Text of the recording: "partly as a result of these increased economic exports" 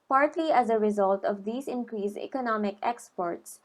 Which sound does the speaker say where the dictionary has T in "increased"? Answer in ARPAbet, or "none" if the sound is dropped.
none